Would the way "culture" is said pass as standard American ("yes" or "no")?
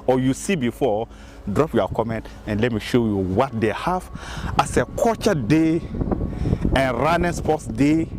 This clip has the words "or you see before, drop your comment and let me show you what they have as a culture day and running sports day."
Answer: no